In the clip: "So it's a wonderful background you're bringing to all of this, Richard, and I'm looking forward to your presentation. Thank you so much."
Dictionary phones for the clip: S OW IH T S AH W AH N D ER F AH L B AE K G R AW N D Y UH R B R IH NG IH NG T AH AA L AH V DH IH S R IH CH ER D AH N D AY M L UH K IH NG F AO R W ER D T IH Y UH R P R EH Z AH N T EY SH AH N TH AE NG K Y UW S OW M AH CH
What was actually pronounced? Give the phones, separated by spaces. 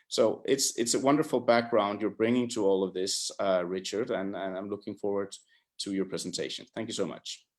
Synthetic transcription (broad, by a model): S OW IH T S AH W AH N D ER F L B AE K G R AW N D Y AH R B R IH NG IH NG T AH AA L AH V DH IH S R IH CH ER D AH N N AY M L UH K IH NG F AO R W ER D T IH Y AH R P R EH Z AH N T EY SH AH N TH AE NG K Y UW S OW M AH CH